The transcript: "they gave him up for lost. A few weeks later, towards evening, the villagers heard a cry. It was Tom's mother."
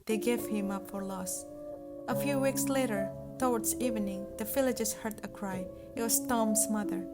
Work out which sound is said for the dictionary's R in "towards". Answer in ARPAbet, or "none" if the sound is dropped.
W